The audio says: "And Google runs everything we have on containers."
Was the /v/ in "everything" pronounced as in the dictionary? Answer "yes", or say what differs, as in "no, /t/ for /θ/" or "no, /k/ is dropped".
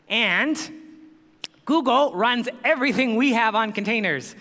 yes